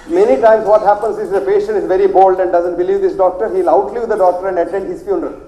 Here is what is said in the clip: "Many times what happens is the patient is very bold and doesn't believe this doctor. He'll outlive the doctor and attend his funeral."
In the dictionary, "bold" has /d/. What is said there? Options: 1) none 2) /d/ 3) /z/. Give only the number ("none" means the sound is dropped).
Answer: 2